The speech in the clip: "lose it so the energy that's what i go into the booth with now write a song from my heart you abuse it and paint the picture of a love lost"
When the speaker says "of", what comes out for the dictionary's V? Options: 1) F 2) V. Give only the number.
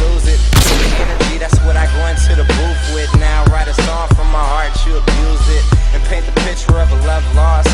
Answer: 2